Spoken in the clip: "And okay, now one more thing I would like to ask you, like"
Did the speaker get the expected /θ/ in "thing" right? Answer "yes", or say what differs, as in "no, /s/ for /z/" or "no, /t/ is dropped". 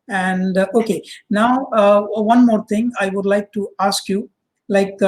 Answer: no, /t/ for /θ/